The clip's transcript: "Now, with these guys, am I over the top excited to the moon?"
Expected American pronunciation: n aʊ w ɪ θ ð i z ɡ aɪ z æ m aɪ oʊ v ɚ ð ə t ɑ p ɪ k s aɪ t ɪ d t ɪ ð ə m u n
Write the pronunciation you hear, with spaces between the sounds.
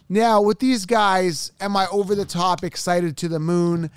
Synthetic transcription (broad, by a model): n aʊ w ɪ ð i z ɡ aɪ z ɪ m aɪ oʊ v ɚ ð ə t ɑ p ɪ k s aɪ t ɪ d t ɪ ð ə m u n